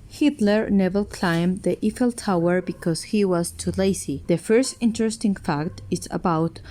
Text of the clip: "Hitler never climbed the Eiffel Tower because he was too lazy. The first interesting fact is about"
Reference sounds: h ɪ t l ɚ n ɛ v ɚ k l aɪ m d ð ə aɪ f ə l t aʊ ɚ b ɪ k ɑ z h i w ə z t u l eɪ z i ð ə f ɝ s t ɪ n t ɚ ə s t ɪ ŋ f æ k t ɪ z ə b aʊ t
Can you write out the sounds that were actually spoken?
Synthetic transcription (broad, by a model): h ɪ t l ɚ n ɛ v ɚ k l aɪ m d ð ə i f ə l t aʊ ɚ b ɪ k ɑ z h i w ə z t u l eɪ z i ð ə f ɝ s t ɪ n t ɚ ə s t ɪ ŋ f æ k t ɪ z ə b aʊ t